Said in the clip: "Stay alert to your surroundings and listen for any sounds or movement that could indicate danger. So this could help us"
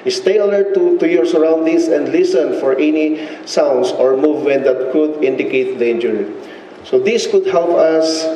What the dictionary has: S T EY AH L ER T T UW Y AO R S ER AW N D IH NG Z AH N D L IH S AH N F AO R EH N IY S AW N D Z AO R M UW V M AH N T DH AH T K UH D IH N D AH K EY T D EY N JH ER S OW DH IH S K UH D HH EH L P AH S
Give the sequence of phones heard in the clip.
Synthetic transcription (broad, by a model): S T EY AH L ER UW T UW Y AO R S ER AW N D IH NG S AH N D L IH S AH N F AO R EH N IY S AW N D S AO R M UW V M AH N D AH T K UH D IH N D AH K EY T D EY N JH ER S OW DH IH S K UH D HH EH L P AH S